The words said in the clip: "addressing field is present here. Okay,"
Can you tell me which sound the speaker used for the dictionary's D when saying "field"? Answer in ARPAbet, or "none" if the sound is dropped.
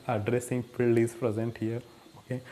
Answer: none